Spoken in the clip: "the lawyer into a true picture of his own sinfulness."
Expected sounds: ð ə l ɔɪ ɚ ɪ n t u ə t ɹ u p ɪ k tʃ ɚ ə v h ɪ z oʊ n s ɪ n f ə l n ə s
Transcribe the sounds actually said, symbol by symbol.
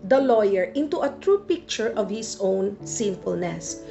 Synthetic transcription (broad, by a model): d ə l ɔɪ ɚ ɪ n t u ə t ɹ u p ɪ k tʃ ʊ ə v h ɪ s oʊ n s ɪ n f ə l n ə s